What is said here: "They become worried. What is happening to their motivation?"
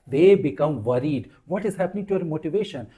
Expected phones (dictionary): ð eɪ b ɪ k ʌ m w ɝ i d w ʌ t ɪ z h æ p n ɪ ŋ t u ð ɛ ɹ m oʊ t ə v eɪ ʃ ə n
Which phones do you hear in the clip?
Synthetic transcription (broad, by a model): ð eɪ b ɪ k ʌ m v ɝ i d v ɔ t ɪ z h æ p n ɪ ŋ t u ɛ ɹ m oʊ t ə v eɪ ʃ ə n